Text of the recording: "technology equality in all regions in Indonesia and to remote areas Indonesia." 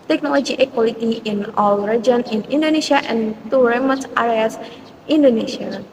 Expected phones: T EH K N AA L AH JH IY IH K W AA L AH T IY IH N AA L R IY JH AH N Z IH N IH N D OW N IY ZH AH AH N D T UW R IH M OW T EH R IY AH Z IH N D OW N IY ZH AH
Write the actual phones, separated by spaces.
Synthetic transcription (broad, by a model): T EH K N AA L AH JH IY IH K W AA L AH T IY IH N AA L R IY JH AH N IH N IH N D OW N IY SH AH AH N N T UW R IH M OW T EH R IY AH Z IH N D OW N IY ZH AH